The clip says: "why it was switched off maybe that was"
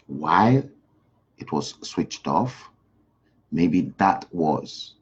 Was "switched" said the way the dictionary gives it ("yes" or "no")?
yes